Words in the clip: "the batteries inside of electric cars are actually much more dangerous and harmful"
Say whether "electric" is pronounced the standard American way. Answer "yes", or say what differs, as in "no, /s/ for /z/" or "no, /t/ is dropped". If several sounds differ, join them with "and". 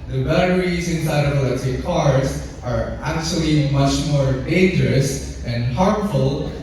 no, /k/ is dropped and /ɹ/ is dropped